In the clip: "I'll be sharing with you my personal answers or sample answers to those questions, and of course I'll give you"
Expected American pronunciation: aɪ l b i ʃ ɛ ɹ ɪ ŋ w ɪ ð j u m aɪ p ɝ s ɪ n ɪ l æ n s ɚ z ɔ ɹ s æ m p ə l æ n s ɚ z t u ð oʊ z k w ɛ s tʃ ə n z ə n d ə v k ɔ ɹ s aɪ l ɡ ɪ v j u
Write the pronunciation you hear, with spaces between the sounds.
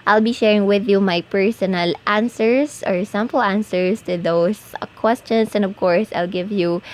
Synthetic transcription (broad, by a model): aɪ l b i ʃ ɛ ɹ ɪ ŋ w ɪ ð j u m aɪ p ɝ s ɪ n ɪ l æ n s ɚ s ɔ ɹ s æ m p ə l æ n s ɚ s t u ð oʊ s k w ɛ s tʃ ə n s ə n d ə v k ɔ ɹ s aɪ l ɡ ɪ v j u